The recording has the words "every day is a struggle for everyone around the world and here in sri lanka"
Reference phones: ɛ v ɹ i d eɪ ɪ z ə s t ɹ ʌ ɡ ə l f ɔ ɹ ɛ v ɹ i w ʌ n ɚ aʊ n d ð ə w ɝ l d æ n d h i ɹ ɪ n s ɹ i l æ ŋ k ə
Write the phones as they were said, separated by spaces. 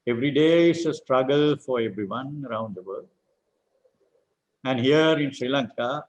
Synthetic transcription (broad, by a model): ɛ v ɹ i d eɪ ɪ s ə s t ɹ ʌ ɡ ə l f ɔ ɹ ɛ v ɹ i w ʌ n ɚ aʊ n d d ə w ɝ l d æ n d h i ɹ ɪ n s ɹ i l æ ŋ k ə